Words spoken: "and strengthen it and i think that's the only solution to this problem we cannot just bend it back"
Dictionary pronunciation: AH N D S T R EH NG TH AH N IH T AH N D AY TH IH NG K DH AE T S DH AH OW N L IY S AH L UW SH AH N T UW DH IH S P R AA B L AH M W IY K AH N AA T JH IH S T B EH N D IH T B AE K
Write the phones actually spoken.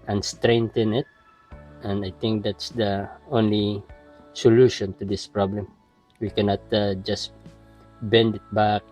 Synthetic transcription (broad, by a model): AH N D S T R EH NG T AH N IH T AH N D AY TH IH NG K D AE T S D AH OW N L IY S AH L UW SH AH N T UW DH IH S P R AA B L AH M W IY K AH N AA T JH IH S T B EH N D IH T B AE K